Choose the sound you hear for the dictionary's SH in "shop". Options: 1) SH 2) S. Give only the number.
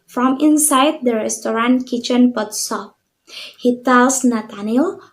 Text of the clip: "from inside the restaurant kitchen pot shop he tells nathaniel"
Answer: 2